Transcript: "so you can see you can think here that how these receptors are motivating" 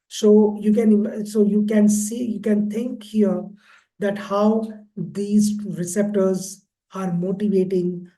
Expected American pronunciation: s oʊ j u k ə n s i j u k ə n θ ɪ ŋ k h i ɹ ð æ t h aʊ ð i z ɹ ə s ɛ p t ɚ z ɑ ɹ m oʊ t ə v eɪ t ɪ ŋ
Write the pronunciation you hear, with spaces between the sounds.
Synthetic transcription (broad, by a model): s oʊ j u k ə n s i j u k ə n t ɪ ŋ k h i ɹ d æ t h aʊ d i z ɹ ə s ɛ p t ɚ z ɑ ɹ m oʊ t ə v eɪ t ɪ ŋ